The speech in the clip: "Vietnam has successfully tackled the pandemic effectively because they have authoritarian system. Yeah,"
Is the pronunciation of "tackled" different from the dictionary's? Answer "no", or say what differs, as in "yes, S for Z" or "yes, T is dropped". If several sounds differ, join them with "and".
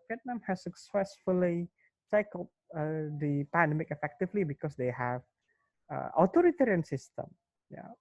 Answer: yes, S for T